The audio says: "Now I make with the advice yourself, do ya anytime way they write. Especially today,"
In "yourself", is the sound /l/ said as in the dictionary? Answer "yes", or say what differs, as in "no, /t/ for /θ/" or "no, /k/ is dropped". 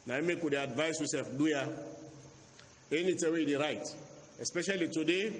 no, /l/ is dropped